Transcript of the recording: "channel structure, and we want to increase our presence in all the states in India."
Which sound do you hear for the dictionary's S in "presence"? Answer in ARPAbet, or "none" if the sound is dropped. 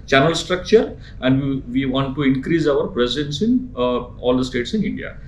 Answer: S